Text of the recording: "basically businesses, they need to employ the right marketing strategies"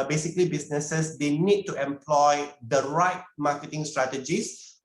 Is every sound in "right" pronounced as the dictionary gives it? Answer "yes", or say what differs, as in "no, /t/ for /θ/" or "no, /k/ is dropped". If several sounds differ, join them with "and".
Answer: yes